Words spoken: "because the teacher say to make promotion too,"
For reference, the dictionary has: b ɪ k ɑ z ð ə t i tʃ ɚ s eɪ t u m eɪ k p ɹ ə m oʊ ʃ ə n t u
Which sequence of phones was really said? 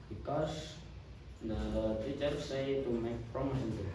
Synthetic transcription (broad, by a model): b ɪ k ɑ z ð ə t i tʃ ɚ s eɪ t u m eɪ k p ɹ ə m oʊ s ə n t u